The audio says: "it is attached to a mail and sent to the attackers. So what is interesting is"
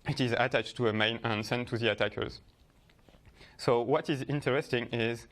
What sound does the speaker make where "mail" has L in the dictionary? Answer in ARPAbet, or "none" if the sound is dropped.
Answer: N